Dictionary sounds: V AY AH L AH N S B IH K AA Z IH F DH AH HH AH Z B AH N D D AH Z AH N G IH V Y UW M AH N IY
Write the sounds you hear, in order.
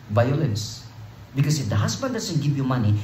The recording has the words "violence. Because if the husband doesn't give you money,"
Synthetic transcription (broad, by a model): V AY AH L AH N S B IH K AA S IH F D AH HH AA S B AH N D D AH S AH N G IH V Y UW M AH N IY